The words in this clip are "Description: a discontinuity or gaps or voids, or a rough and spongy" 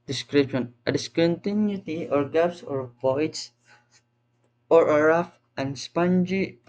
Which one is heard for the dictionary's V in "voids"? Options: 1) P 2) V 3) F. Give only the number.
1